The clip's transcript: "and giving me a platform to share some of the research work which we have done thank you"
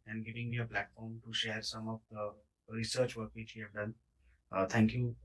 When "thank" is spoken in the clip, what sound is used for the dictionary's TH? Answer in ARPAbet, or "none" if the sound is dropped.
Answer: T